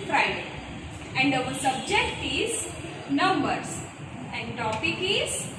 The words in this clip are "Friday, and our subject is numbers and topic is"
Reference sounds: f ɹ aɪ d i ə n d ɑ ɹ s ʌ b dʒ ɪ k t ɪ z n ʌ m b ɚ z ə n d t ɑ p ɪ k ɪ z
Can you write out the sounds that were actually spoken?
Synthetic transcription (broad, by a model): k ɹ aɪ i ə n d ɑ l s ʌ b dʒ ɪ k t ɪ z n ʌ m b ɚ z ə n d t ɑ p ɪ k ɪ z